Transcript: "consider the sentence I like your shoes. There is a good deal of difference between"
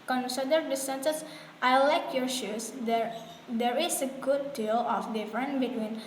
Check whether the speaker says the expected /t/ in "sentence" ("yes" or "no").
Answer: no